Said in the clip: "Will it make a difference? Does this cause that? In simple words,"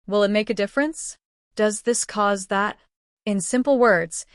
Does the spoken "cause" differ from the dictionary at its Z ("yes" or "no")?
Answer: no